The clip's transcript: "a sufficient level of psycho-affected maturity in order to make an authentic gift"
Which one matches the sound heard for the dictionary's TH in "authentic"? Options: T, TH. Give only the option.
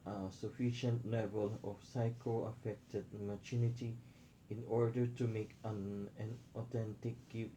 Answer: T